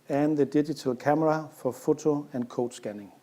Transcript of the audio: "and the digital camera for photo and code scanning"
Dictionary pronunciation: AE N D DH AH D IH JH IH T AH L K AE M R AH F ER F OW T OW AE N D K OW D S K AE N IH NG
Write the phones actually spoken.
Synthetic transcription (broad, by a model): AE N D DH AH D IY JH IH S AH L K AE M R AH F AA F OW S OW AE N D K OW D S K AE N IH NG